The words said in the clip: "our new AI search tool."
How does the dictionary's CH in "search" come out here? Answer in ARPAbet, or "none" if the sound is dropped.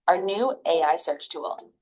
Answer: CH